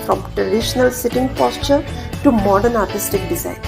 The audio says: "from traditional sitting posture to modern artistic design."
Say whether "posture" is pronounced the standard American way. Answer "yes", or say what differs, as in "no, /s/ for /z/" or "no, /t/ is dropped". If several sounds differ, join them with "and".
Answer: yes